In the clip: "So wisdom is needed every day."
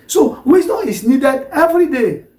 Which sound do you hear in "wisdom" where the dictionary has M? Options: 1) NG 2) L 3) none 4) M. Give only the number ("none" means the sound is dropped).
3